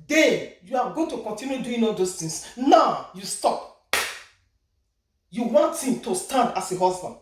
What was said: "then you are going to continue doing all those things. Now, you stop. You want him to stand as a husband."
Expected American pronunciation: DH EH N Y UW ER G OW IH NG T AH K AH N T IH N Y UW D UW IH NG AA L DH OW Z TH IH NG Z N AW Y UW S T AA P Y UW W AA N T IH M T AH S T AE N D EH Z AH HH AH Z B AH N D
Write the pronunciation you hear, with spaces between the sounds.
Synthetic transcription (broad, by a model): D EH Y UW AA G OW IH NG T AH K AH N T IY N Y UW D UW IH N AA L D OW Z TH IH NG S N AW Y UW S T AA P Y UW W AA N T IH M T AH S T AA N D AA S AH HH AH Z B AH N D